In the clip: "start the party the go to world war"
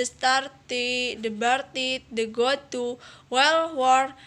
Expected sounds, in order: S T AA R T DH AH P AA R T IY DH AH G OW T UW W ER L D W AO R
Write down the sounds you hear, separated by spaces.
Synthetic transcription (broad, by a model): S T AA R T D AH B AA R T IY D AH G OW T UW W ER L W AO R